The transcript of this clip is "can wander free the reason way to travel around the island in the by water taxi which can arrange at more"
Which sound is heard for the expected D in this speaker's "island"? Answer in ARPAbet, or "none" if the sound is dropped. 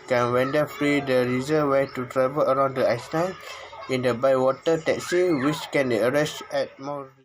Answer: none